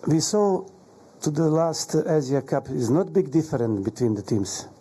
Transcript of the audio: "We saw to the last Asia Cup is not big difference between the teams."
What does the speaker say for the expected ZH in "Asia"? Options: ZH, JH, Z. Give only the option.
Z